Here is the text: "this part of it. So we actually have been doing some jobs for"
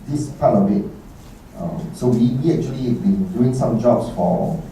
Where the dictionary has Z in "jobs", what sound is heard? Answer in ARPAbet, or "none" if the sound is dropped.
S